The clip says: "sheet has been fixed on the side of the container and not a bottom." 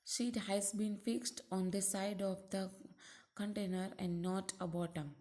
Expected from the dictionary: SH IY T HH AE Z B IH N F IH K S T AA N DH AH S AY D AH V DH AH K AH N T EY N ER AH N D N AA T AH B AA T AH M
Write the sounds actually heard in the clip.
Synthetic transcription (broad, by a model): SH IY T HH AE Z B IH N F IH K S T AA N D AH S AY D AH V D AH K AH N T EY N ER AH N D N AA T AH B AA T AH M